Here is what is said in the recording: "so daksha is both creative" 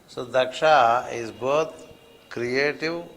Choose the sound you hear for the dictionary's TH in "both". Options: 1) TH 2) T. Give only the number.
2